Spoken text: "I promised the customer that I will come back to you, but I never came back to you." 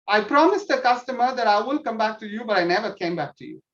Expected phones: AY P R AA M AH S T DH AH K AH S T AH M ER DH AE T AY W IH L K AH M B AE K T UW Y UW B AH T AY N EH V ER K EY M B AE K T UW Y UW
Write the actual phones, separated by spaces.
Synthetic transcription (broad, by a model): AY P R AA M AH S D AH K AH S T AH M ER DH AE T AY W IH L K AH M B AE K T UW Y UW B AH T AY N EH V ER K EY M B AE K T UW Y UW